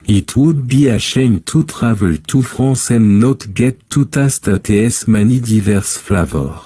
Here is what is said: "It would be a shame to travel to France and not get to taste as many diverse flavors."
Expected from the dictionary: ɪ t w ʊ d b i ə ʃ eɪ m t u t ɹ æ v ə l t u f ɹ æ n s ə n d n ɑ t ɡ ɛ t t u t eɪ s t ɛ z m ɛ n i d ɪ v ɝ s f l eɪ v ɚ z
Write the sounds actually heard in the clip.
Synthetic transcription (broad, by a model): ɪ t w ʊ d b i ə ʃ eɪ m t u t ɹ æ v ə l t u f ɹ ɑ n s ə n n ɑ t ɡ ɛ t t u t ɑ s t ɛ s m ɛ n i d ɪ v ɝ s f l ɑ v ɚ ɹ